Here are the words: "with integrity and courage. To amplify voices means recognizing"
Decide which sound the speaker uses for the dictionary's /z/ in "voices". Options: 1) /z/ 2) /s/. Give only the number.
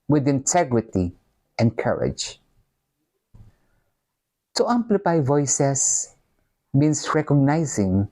2